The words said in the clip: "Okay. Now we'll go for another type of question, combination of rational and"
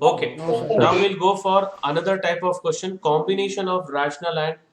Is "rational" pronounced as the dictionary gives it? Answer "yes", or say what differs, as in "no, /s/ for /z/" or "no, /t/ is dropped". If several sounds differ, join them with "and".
yes